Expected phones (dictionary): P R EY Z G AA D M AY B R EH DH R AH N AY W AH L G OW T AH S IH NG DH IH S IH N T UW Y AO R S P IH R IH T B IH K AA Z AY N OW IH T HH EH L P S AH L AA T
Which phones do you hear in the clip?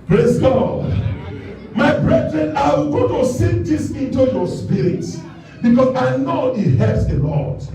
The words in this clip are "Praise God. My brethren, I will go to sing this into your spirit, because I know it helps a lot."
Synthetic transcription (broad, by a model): P R EY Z G AA D M AY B R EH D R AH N AY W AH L G OW T AH S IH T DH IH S IH N T UW Y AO S P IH R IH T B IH K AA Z AY N OW IH T HH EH P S AH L AA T